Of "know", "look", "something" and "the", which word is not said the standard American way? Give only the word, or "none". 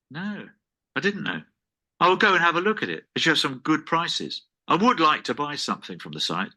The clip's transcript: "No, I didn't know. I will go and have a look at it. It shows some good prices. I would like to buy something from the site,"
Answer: none